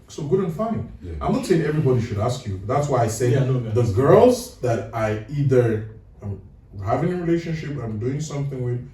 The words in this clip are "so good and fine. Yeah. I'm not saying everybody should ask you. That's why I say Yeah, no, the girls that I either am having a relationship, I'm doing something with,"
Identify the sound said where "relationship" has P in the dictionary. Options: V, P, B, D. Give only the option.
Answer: P